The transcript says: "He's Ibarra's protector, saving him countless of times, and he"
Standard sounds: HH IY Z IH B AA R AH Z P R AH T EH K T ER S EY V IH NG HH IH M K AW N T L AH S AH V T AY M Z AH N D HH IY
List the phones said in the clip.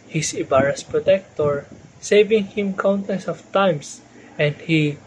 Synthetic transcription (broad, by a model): HH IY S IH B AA R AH S P R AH T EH K T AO S EY V IH NG HH IH M K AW N T AH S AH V T AY M S AH N D HH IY